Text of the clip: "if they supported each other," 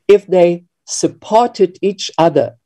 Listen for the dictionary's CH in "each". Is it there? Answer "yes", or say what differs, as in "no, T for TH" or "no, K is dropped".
yes